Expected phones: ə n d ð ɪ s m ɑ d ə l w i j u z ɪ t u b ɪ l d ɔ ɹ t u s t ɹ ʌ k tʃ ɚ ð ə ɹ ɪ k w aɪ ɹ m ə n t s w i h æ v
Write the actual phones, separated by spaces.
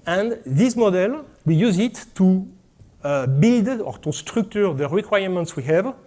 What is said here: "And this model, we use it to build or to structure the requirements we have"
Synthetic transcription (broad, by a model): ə n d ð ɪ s m ɑ d ə l w i j u z ɪ t u b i l d ɔ ɹ t u s t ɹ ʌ k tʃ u ð ə ɹ ɪ k w aɪ ɹ m ə n t s w i h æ v